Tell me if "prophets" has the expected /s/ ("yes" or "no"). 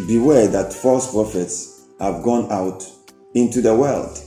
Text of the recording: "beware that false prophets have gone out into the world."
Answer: yes